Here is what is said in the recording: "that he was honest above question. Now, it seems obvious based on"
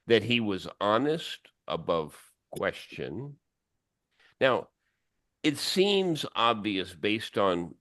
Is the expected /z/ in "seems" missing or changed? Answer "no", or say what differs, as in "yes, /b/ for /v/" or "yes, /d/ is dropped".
no